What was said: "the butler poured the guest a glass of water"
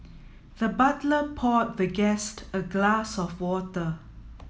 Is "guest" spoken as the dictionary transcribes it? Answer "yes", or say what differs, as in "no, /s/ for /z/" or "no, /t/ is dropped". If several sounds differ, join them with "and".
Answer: yes